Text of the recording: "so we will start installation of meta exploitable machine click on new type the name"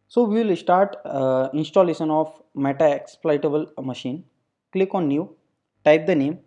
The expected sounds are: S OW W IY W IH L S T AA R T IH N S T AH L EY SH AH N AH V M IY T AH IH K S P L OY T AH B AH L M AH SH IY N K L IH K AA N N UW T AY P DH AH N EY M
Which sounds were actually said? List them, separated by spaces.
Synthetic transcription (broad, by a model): S OW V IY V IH L S T AA R T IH N S T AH L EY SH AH N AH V M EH T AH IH K S P L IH T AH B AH L M AH SH IY N K L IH K AA N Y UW T AY P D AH N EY M